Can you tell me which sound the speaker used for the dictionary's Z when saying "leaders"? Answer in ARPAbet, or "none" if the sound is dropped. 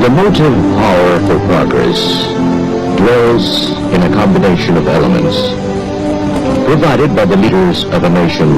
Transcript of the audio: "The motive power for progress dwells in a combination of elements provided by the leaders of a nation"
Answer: Z